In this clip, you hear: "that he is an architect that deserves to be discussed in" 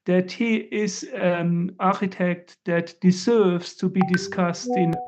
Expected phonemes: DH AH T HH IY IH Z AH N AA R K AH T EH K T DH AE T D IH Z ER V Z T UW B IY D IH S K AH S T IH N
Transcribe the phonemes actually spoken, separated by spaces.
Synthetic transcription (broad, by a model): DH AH T HH IY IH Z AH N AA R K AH T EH K T DH AE T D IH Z ER V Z T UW B IY D IH S K AH S T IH N